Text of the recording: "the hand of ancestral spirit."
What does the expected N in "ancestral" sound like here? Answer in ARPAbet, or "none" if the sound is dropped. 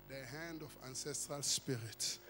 N